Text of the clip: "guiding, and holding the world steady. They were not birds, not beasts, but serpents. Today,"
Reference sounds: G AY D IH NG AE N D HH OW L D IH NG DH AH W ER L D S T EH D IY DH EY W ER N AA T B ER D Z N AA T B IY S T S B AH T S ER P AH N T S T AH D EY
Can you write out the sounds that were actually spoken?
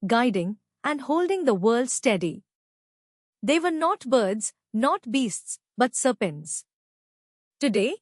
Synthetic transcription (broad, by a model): G AY D IH NG AE N D HH OW L D IH NG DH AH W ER L D S T EH D IY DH EY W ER N AA T B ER D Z N AA T B IY S T S B AH T S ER P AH N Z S T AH D EY